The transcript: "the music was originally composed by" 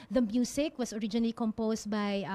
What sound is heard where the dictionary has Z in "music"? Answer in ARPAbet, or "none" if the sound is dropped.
S